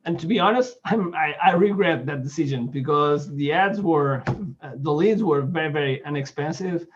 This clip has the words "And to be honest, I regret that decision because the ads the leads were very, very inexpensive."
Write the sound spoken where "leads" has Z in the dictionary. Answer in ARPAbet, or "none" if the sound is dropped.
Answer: Z